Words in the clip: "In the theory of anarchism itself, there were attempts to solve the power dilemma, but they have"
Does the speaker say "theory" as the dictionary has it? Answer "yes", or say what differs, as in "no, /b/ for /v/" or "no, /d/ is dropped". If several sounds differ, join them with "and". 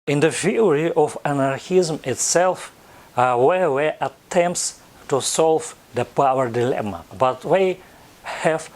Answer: no, /f/ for /θ/